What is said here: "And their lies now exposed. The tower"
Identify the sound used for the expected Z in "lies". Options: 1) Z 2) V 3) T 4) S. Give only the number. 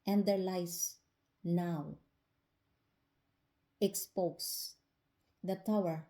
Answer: 4